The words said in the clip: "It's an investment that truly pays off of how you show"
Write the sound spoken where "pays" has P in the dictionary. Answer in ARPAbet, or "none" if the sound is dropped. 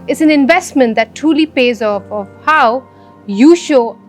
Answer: P